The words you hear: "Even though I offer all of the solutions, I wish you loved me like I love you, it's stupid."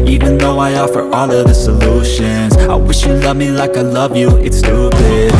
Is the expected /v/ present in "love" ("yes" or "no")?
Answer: yes